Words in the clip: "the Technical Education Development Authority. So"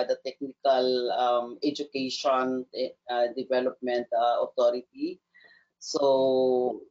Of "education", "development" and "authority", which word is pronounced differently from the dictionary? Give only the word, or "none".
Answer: authority